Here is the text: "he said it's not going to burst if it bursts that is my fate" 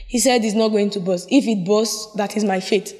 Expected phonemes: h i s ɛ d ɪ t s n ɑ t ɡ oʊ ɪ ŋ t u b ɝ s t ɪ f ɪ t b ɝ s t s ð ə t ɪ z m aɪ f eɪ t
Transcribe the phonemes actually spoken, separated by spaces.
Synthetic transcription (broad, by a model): h i s ɛ d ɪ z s n ɑ t ɡ oʊ ɪ ŋ t u b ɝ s ɪ f ɪ t b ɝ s s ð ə t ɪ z m aɪ f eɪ t